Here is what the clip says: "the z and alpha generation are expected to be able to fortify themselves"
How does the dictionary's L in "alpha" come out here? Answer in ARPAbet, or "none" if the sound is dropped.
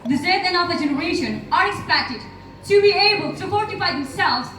none